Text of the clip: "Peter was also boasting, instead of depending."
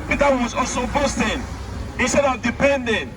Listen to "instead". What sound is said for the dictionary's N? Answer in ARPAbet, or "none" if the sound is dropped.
N